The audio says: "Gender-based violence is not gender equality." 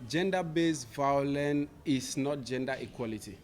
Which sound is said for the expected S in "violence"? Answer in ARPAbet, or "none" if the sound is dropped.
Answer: none